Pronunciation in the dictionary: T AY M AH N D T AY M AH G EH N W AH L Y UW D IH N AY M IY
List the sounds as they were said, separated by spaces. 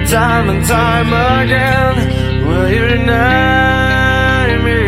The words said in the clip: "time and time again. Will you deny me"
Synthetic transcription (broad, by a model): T AY M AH N T AY M AH G EH N W AH L Y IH N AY M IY